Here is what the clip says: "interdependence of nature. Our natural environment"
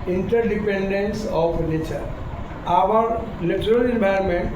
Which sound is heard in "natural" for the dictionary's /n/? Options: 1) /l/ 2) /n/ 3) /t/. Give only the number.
1